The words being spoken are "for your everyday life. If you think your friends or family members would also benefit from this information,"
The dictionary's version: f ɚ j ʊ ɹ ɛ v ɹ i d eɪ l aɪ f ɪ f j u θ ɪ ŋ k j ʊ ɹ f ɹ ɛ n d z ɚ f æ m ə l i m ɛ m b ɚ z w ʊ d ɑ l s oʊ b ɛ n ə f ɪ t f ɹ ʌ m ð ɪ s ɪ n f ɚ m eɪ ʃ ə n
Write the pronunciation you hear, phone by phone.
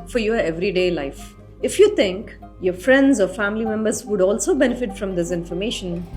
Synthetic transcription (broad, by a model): f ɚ j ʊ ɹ ɛ v ɹ i d eɪ l aɪ f ɪ f j u t ɪ ŋ k j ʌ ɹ f ɹ ɛ n d z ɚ f æ m ə l i m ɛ m b ɚ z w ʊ d ɑ l s oʊ b ɛ n ə f ɪ t f ɹ ʌ m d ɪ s ɪ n f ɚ m eɪ ʃ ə n